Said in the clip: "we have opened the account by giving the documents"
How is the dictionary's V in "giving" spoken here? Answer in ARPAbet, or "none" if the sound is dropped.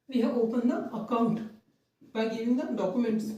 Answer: none